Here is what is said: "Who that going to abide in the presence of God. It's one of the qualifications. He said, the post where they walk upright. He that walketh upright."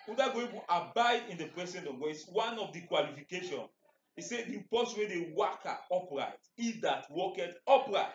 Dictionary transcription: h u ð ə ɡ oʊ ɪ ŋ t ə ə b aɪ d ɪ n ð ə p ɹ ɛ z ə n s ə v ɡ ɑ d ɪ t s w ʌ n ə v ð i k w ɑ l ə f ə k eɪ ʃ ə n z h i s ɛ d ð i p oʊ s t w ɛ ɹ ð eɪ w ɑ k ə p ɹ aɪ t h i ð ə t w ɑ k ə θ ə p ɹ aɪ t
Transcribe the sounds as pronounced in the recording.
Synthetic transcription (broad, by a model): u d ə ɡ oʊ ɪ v t ə b aɪ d ɪ n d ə p ɹ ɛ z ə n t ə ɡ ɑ ɪ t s w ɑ n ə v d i k w ɑ l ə f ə k eɪ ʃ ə n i s ɛ d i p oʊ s w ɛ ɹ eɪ w ɑ k ə p ɹ aɪ t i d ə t w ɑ k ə t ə p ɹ aɪ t